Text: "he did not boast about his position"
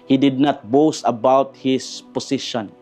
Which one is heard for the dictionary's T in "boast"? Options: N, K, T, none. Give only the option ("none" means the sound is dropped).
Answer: none